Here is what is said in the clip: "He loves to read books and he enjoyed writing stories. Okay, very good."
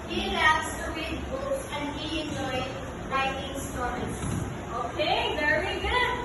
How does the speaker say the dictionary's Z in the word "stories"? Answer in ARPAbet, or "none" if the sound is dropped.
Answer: S